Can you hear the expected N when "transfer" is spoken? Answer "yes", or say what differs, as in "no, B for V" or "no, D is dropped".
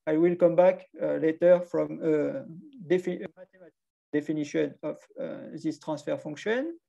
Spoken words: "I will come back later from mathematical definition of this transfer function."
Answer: no, N is dropped